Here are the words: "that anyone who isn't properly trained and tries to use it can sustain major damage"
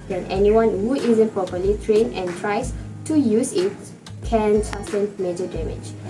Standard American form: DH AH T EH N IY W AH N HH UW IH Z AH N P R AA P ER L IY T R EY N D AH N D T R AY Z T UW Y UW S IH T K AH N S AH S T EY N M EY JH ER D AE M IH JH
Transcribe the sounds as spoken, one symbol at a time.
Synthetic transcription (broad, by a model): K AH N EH N IY W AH N HH UW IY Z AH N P R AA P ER L IY T R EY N AH N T R AY S T UW Y UW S IH T K AH N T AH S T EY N M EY JH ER D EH M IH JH